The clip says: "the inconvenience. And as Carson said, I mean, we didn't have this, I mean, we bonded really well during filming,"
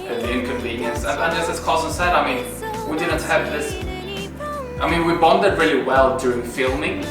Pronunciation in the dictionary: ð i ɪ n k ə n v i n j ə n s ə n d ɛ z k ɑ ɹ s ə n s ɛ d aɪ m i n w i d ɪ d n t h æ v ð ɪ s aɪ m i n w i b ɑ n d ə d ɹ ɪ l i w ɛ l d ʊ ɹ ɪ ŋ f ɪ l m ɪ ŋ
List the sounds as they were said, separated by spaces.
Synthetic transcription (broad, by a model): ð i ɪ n k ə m v i n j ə n s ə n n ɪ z k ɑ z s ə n s ɛ d aɪ m i n w i d ɪ d n t h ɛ p ð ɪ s aɪ m i n w i b ɑ n d ə d ɹ ɪ l i w ɛ l d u ɪ ŋ f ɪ l m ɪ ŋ